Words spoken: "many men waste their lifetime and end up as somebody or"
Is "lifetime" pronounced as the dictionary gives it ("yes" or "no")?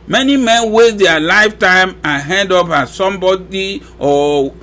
yes